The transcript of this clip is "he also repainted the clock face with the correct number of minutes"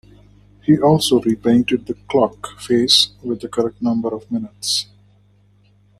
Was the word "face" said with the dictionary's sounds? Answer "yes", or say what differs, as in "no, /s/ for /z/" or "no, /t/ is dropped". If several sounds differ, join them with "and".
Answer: yes